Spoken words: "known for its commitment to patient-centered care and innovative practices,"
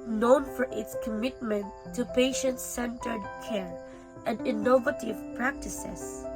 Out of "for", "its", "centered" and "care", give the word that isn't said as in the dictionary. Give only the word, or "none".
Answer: none